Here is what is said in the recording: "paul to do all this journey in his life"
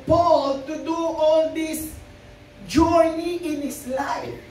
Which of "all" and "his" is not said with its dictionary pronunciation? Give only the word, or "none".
his